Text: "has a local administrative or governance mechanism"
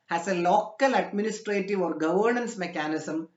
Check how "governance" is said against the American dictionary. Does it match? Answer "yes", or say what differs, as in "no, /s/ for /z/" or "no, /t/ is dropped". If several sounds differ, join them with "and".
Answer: yes